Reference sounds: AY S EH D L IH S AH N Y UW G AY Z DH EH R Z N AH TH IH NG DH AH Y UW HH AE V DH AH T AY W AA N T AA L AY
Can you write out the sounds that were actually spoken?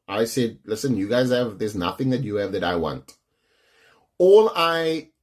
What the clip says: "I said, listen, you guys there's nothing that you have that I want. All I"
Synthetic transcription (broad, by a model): AY S EH D L IH S AH N Y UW G AY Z DH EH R Z N AH TH IH NG DH AH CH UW V DH AH T AY W AA N T AA L AY